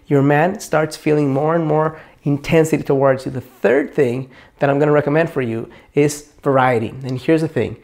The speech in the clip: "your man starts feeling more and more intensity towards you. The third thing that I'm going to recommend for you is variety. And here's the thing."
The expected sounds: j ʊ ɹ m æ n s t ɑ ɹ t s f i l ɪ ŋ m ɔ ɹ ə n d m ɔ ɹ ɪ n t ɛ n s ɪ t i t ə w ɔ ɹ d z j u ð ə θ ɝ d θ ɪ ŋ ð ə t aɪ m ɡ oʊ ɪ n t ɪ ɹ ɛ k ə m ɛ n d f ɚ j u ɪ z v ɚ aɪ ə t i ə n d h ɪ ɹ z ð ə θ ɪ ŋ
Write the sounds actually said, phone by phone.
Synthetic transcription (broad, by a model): j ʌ ɹ m æ n s t ɑ ɹ t s f i l ɪ ŋ m ɔ ɹ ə n m ɔ ɹ ɪ n t ɛ n s ɪ t i t ə w ɔ ɹ d z j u ð ə θ ɝ d θ ɪ ŋ ð ə t aɪ m ɡ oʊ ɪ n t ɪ ɹ ɛ k ə m ɛ n d f ɚ j u ɪ z v ɚ aɪ ə t i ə n h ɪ ɹ z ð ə θ ɪ ŋ